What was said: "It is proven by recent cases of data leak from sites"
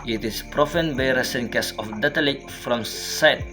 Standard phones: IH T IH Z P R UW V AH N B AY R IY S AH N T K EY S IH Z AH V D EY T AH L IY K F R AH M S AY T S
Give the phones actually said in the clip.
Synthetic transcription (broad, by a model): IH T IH S P R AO F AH N B AY R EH S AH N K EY S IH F D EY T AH L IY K F R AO M S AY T